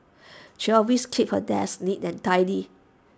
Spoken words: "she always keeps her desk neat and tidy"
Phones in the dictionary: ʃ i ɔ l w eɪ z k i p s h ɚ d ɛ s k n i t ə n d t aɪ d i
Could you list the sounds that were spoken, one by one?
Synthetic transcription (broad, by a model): ʃ i ɔ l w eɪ s k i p h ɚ d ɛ s n i t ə n t aɪ d i